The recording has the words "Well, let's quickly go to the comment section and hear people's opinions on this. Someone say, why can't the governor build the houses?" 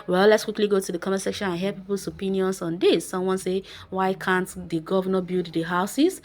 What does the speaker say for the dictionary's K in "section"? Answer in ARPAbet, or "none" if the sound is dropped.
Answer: K